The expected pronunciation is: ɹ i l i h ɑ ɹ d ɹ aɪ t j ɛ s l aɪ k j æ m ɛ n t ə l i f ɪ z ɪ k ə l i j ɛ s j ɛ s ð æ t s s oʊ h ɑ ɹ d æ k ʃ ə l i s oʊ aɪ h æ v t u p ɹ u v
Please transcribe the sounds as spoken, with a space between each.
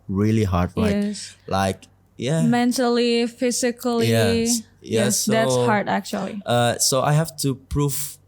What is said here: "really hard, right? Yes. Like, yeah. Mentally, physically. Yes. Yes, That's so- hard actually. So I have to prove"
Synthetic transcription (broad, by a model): ɹ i l i h ɑ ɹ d l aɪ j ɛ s l aɪ k j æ m ɛ n t ə l i f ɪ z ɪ k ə l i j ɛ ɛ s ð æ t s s h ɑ ɹ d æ k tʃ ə l i s oʊ aɪ h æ f t u p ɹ u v